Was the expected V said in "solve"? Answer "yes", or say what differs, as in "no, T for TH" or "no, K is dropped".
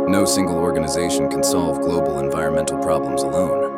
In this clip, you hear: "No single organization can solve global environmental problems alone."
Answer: yes